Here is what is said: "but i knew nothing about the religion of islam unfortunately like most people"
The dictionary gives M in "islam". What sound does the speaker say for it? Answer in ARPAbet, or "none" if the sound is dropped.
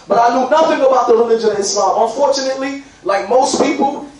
none